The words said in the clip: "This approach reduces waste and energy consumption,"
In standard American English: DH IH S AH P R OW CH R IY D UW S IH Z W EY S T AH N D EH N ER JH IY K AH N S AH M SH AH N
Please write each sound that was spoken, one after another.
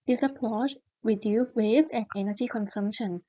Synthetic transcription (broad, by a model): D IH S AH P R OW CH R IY D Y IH S W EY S AH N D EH N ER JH IY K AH N S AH M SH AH N